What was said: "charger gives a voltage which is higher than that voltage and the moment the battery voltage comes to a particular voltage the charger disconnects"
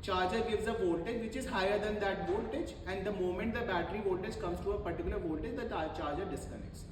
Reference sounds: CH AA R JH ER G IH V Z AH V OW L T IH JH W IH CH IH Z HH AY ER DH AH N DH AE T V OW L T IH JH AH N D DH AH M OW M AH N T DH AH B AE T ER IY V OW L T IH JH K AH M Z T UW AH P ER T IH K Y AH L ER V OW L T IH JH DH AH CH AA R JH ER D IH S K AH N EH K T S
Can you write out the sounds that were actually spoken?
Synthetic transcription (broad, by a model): CH AA R JH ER G IH V Z AH V OW L T IH JH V IH CH IH Z HH AY ER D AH N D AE T V OW L T IH JH AH N D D AH M OW M AH N T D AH B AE T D IY V OW L T IH JH K AH M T T UW AH P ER T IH K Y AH L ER V OW L T IH JH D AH CH AA R JH ER D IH S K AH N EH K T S